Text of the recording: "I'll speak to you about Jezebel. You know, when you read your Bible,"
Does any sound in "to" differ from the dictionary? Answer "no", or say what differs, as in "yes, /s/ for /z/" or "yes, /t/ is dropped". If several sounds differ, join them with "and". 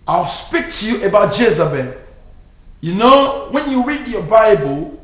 no